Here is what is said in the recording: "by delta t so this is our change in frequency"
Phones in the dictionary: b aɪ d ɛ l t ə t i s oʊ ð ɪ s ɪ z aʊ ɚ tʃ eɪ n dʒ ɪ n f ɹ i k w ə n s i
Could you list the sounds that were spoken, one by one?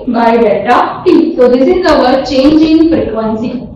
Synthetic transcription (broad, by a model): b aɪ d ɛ t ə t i s oʊ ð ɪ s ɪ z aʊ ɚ tʃ eɪ n dʒ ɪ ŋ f ɹ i k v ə n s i